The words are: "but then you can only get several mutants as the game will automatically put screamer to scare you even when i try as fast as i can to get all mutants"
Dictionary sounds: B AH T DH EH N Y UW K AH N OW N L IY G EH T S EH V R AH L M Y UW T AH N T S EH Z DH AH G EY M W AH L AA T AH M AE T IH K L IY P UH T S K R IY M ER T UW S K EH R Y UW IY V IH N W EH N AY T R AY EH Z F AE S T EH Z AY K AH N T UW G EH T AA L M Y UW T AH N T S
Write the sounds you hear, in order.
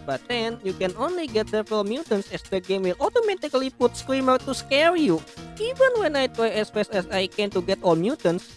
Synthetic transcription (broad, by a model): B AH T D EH N Y UW K AH N OW N L IY G EH T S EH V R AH L M Y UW T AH N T S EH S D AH G EY M W AH L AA T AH M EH T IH K L IY P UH T S K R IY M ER T UW S K EH R Y UW IY V IH N W EH N AY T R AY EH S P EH S EH S AY K AH N T UW G EH T AA L M Y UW T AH N S